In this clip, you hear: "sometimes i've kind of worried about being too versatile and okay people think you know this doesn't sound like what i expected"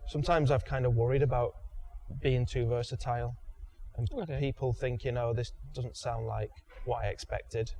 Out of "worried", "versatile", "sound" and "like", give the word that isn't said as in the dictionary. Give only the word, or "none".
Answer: none